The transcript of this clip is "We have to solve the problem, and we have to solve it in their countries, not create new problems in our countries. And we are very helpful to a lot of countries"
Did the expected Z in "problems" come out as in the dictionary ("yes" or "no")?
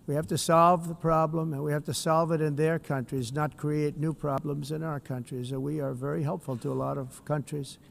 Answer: yes